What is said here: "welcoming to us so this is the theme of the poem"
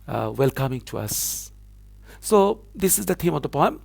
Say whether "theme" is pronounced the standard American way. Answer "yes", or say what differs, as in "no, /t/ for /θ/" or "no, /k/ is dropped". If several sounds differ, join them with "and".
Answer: no, /t/ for /θ/